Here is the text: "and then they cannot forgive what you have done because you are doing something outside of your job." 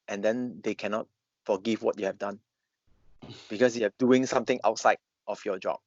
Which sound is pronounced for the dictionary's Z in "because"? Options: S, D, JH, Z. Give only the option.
S